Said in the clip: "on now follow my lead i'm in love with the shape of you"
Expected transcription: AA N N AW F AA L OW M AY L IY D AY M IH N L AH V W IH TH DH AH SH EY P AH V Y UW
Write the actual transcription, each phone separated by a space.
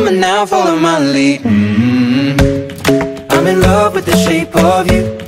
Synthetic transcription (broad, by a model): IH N N AW F AA L OW M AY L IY AY M IH N L AH V W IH DH AH SH EY P AH V Y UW